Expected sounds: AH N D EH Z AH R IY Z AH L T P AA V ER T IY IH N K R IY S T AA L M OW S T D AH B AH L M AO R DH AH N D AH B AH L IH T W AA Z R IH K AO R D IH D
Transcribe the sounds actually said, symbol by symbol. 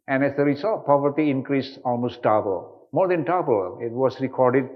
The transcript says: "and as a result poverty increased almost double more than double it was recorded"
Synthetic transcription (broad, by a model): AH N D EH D AH R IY S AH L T P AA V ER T IY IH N K R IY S AA L M OW S T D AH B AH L M AO R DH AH N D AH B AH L IH T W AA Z R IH K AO R D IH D